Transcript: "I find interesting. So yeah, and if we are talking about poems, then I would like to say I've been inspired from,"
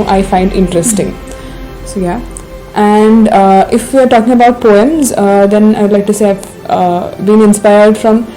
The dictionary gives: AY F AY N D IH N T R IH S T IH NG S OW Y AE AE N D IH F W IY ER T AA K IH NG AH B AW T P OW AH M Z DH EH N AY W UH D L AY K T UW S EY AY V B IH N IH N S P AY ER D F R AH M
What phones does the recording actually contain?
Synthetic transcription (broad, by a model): AY F AY N D IH N T R IH S T IH NG S OW Y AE AE N D IH F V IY ER T AA K IH NG AH B AW T P OW AH M Z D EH N AY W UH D L AY K T UW S EY AY V B IH N IH N S P AY ER D F R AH M